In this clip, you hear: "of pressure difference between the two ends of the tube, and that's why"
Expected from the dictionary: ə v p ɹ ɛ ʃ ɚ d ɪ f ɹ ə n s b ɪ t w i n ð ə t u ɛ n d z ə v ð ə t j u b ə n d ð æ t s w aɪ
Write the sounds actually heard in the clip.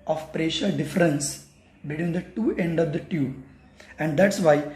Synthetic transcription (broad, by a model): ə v p ɹ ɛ ʃ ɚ d ɪ f ɹ ə n s b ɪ t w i n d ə t u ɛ n d ə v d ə t j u ə n d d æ t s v aɪ